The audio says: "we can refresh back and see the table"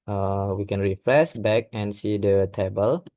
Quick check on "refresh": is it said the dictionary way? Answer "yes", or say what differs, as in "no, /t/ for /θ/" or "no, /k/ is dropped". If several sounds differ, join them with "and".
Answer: no, /s/ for /ʃ/